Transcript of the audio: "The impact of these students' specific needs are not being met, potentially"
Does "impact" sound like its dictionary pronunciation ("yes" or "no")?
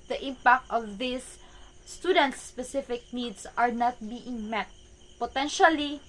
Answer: yes